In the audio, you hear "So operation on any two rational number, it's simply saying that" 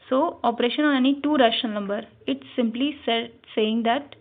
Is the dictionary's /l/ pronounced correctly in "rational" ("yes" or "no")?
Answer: no